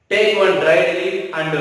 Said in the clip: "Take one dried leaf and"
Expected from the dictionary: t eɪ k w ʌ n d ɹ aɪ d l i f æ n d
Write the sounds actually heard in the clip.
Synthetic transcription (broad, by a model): t eɪ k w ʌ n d ɹ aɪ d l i æ n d